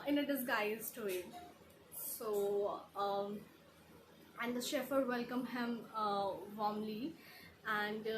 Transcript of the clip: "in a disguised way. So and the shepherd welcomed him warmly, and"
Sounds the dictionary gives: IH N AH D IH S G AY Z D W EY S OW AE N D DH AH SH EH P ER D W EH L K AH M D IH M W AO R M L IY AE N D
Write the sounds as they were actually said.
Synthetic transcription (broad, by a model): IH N AH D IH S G AY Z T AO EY S OW AE N D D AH SH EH F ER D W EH L K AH M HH IH M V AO M L IY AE N D